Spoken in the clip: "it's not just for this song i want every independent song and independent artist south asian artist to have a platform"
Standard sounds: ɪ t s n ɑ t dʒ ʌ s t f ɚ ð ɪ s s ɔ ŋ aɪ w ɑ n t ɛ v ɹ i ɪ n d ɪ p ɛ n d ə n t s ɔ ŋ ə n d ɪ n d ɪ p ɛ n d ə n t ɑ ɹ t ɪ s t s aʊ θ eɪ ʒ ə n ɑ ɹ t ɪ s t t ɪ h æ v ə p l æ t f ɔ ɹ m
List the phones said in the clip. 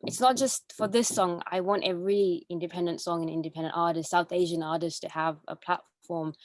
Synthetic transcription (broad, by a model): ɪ t s n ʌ t dʒ ʌ s t f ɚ ð ɪ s s ɔ ŋ aɪ w ɑ n t ɛ v ɹ i ɪ n d ɪ p ɛ n d ə n t s ɔ ŋ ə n ɪ n d ɪ p ɛ n d ə n t ɑ ɹ t ɪ s t s aʊ θ eɪ ʒ ə n ɑ ɹ t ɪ s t t ɪ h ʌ v ə p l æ t f ɔ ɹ m